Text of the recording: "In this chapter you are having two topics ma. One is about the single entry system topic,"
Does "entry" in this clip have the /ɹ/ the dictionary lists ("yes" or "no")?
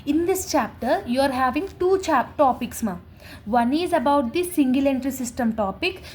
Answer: yes